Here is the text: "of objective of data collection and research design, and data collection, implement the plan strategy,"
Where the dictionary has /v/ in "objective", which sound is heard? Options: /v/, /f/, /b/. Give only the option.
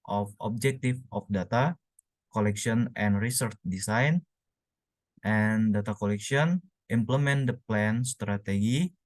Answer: /f/